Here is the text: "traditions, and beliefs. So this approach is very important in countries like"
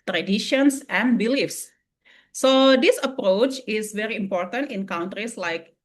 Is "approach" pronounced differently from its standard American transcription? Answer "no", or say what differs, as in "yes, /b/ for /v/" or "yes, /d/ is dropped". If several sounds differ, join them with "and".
no